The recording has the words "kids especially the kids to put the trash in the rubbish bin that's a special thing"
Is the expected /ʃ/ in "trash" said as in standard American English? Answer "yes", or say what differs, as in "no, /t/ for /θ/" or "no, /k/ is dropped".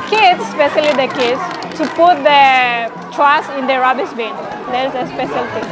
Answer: no, /s/ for /ʃ/